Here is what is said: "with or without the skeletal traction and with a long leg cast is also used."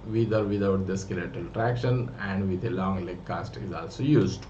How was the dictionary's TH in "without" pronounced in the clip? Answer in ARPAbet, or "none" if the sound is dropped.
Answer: T